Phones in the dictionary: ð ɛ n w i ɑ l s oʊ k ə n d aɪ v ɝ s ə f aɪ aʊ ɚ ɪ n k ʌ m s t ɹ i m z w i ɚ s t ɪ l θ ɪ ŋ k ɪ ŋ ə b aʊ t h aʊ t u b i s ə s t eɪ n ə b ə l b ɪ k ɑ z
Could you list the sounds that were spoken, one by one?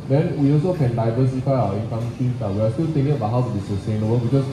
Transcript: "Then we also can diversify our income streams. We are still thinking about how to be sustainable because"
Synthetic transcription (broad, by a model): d ɛ n w i ɑ l s oʊ k ə n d aɪ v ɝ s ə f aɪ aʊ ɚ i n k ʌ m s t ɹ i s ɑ w i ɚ s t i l t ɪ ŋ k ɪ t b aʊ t h aʊ t u b i s ə s t eɪ n ə b ə l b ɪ k ɑ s